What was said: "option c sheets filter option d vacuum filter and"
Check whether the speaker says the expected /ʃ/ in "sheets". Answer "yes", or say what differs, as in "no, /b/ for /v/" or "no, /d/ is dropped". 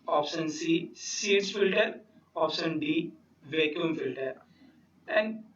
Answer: no, /s/ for /ʃ/